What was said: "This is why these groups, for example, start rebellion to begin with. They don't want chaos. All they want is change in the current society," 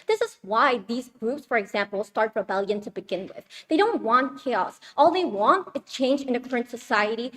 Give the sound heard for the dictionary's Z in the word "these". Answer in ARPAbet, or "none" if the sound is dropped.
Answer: Z